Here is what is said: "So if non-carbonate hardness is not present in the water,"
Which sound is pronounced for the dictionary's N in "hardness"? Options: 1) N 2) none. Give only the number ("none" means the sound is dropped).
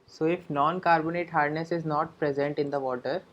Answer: 1